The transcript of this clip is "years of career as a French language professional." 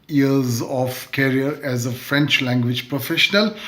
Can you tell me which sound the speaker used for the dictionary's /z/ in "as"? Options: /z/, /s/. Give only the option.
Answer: /z/